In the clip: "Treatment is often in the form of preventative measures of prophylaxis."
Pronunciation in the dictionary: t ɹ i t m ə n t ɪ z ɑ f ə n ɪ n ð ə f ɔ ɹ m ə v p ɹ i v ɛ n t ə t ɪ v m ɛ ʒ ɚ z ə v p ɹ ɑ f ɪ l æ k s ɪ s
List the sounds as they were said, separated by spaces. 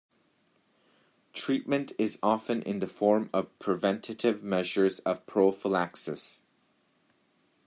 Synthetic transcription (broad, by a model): t ɹ i t m ə n t ɪ z ɑ f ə n ɪ n ð ə f ɔ ɹ m ə v p ɹ i v ɛ n t ə t ɪ v m ɛ ʒ ɚ z ə v p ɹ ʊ f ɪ l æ k s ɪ s